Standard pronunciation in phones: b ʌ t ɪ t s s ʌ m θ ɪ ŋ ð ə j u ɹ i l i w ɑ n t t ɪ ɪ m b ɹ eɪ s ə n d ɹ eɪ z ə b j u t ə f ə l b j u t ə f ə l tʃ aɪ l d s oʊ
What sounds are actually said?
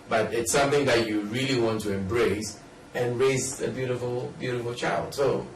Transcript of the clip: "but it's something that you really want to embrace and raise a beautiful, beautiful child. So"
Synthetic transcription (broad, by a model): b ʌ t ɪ t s s ʌ m θ ɪ ŋ ð ə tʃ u ɹ i l i w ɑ n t t ɪ ɪ m b ɹ eɪ s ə n ɹ eɪ z ə b j u t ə f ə l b j u t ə f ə l tʃ aɪ l d s oʊ